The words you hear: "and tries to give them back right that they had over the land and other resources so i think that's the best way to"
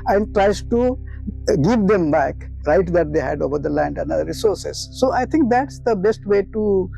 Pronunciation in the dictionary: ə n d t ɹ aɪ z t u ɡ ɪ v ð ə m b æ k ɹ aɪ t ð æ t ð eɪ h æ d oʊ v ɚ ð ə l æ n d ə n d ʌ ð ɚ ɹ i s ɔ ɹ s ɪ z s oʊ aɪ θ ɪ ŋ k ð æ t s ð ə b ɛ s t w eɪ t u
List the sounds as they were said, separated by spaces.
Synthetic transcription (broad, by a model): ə n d t ɹ aɪ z t u ɡ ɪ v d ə m b æ k ɹ aɪ t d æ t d eɪ h æ d oʊ v ɚ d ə l æ n d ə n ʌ ɚ ɹ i s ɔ ɹ s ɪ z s oʊ aɪ t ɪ ŋ k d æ t s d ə b ɛ s t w eɪ t u